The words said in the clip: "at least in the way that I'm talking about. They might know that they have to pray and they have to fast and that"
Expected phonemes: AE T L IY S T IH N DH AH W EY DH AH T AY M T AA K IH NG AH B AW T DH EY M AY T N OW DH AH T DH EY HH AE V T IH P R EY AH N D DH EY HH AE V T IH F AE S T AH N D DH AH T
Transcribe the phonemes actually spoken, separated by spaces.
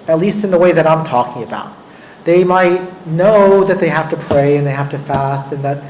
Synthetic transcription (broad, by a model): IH T L IY S T IH N DH AH W EY DH AH T AY M T AA K IH NG AH B AW T DH EY M AY T N OW DH AH T DH EY HH AE F T IH P R EY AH N DH EY HH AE F T IH F AE S T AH N DH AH T